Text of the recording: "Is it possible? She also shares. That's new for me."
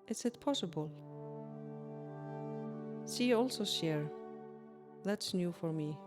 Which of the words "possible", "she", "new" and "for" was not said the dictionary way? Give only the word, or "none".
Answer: she